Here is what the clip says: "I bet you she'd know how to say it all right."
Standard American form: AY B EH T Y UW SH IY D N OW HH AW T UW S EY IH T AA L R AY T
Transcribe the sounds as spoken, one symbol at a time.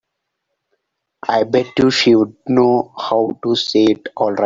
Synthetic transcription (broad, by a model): AY B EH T Y UW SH IY D N OW HH AW T UW S EY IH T AA L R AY